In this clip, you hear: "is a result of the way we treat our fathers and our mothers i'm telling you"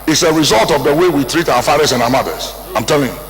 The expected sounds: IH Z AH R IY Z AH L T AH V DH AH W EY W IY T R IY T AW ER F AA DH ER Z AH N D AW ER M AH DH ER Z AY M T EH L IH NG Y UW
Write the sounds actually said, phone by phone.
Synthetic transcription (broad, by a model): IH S AH R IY Z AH L T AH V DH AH W EY W IY T R IY T AW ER F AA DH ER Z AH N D AW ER M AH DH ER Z AY M T EH L IH NG Y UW